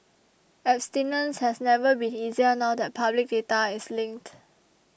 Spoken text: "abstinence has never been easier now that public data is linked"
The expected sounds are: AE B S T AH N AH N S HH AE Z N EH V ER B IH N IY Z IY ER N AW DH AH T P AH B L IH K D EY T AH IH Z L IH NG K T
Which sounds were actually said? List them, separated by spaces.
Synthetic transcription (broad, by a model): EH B S T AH N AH N S HH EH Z N EH V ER B IH N IY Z IY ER N AW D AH T P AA B L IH K D EY T AH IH S L IH NG K T